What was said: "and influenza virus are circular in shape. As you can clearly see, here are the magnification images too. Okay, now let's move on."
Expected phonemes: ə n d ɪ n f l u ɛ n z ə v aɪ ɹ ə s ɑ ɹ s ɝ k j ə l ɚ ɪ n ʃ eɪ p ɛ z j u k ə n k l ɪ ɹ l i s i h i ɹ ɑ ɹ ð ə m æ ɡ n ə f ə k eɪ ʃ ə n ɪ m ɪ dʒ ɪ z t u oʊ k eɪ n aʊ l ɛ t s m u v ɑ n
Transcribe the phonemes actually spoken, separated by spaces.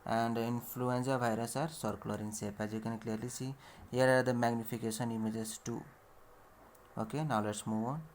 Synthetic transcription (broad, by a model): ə n d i n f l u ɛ n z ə b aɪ ɹ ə s ɑ ɹ s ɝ k l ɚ ɪ n s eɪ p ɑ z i k ə n k l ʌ ɹ l i s i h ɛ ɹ ɑ ɹ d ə m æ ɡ n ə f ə k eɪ s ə n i m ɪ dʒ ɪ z t u oʊ k eɪ n aʊ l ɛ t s m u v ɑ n